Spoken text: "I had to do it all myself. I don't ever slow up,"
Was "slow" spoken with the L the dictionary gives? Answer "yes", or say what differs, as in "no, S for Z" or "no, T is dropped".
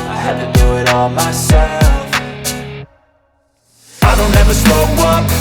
no, L is dropped